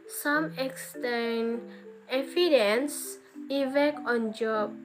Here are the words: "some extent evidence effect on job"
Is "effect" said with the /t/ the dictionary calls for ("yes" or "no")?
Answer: no